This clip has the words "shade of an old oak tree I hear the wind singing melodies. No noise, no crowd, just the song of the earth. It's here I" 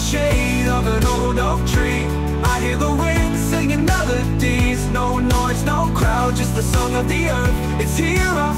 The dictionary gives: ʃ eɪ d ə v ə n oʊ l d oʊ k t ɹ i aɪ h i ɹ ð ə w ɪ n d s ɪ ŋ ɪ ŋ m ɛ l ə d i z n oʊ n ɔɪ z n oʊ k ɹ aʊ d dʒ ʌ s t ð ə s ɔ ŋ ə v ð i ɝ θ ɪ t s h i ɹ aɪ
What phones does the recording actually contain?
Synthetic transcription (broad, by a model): ʃ eɪ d ə v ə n oʊ l d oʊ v t ɹ i aɪ h i ɹ ð ə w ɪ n s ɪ ŋ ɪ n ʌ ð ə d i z n oʊ n ɔɪ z n oʊ k ɹ aʊ d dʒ ʌ s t ð ə s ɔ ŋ ə v ð i ɝ θ ɪ t s h i ɹ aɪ